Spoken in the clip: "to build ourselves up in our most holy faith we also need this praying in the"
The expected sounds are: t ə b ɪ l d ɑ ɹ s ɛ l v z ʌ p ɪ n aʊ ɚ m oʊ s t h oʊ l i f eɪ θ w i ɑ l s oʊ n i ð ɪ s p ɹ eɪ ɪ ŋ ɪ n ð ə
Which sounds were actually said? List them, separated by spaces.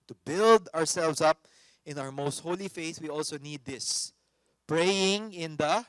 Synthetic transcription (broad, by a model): t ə b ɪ l d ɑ ɹ s ɛ l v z ʌ p ɪ n aʊ ɚ m oʊ s t h oʊ l i f eɪ θ w i ɑ l s oʊ n i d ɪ s p ɹ eɪ ɪ ŋ ɪ n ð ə